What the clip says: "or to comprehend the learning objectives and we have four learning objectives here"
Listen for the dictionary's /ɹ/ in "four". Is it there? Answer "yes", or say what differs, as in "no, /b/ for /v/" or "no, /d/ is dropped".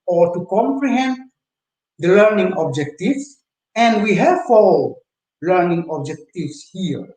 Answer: no, /l/ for /ɹ/